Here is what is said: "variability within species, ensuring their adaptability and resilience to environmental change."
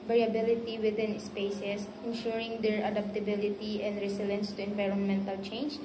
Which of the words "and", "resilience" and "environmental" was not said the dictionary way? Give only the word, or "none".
resilience